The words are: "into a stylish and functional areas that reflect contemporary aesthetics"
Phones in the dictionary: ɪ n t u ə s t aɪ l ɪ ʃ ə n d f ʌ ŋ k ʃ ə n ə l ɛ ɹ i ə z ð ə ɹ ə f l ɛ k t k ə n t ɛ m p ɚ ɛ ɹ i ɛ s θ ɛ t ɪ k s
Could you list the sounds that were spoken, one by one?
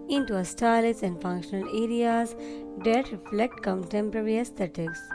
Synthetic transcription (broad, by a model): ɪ n t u ə s t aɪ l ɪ s ə n d f ʌ ŋ k ʃ ə n ə l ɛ ɹ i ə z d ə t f l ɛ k t k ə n t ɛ m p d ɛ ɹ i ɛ s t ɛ t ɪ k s